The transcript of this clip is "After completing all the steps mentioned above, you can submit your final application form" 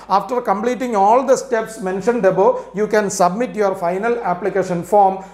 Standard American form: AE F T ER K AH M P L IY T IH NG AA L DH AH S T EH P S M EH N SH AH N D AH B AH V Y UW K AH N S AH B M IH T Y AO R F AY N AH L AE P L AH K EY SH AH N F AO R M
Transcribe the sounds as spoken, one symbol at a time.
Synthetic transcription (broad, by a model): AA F T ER K AH M P L IY T IH NG AA L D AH S T EH P S M EH N SH AH N D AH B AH Y UW K AH N S AH B M IH T Y AO R F AY N AH L AE P L AH K EY SH AH N F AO R M